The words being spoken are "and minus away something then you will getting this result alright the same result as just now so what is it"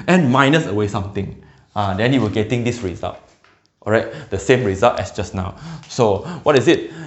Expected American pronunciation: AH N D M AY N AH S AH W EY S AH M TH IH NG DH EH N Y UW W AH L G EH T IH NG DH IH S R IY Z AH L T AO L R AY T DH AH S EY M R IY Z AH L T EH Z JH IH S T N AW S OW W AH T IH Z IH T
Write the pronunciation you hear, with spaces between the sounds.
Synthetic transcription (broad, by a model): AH N M AY N AH S AH W EY S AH M T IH NG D EH N Y UW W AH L G EH T IH NG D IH S R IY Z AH L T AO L R AY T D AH S EY M R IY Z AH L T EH S JH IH S N AW S OW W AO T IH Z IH T